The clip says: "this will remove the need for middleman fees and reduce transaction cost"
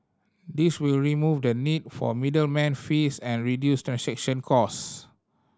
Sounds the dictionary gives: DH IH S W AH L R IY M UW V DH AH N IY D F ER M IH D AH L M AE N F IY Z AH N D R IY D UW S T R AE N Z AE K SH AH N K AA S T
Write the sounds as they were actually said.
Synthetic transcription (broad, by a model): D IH S W AH L R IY M UW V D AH N IY D F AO M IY D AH L M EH N F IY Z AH N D R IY D UW S T R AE N S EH K SH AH N K AA S